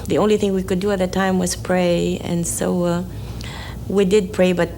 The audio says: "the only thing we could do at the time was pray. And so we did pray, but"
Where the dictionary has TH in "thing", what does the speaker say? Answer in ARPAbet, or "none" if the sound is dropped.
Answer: TH